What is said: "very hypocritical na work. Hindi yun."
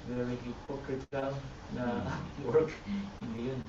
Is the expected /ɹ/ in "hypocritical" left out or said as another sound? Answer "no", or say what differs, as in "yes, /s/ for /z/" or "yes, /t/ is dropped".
yes, /ɹ/ is dropped